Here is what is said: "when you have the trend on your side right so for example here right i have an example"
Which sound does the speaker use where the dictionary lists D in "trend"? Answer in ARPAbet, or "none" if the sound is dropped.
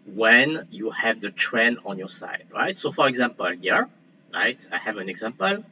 none